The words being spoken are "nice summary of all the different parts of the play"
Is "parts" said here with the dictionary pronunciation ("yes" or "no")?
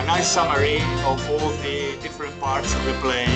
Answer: yes